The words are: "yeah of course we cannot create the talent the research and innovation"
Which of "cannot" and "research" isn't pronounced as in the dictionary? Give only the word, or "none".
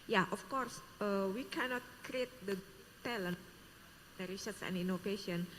research